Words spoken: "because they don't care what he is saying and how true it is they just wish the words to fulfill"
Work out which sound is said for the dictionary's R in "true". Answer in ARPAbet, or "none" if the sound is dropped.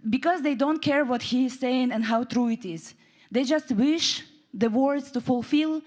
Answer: R